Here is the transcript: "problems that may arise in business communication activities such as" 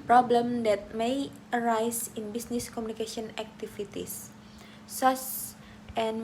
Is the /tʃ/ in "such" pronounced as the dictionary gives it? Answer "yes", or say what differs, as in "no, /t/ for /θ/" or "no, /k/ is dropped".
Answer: no, /s/ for /tʃ/